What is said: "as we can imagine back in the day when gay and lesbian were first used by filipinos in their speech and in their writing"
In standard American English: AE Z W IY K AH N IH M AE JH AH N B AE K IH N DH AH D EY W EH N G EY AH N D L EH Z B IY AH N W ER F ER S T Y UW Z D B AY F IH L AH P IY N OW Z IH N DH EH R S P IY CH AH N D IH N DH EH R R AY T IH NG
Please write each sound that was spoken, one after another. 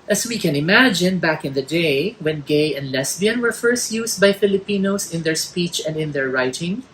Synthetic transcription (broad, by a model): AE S W IY K AH N IH M AE JH AH N B AE K IH N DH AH D EY W EH N G EY AH N D L EH S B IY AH N W ER F ER S T Y UW S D B AY F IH L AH P IY N OW S IH N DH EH R S P IY CH AH N D IH N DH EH R R AY T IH NG